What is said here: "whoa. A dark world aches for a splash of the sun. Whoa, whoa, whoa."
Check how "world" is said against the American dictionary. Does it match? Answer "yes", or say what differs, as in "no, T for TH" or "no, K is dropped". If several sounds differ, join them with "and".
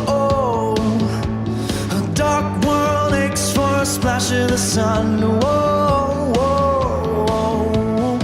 no, D is dropped